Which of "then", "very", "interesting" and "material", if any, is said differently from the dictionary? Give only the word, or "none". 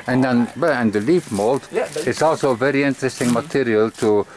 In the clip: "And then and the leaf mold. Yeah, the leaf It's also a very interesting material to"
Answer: then